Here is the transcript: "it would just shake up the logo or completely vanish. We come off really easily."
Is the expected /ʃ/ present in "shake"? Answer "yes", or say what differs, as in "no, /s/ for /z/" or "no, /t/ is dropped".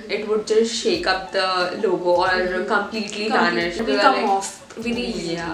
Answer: yes